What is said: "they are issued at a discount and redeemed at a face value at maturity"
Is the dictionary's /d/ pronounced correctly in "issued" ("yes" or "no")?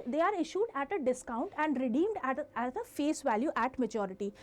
yes